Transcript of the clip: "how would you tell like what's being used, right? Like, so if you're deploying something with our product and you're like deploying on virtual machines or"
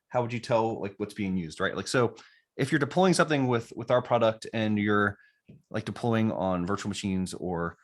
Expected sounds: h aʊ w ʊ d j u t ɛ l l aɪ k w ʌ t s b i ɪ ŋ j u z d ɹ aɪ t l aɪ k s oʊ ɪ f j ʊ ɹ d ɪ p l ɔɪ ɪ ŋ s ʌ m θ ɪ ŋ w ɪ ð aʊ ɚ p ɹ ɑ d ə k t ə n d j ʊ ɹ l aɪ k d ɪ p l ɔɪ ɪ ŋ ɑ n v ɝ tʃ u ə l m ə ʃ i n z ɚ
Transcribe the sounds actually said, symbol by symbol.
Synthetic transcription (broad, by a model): h aʊ w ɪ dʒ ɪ t ɛ l l aɪ k w ʌ t s b i ɪ ŋ j u z d ɹ aɪ t l aɪ k s oʊ ɪ f j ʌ ɹ d ɪ p l ɔɪ ɪ ŋ s ʌ m θ ɪ ŋ w ɪ ð aʊ ɚ p ɹ ɑ d ə k t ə n j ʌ ɹ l aɪ k d ɪ p l ɔɪ ɪ ŋ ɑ n v ɝ tʃ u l m ə ʃ i n z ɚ